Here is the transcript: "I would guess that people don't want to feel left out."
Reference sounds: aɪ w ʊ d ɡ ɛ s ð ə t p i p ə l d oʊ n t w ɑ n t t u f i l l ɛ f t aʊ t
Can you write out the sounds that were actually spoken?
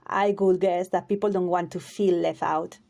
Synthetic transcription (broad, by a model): aɪ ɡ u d ɡ ɛ s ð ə t p i p l d oʊ n t w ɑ n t t u f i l l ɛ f aʊ t